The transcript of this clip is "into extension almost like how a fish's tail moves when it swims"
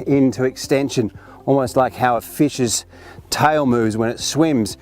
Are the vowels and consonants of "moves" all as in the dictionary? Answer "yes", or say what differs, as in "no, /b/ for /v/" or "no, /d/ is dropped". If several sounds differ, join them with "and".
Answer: yes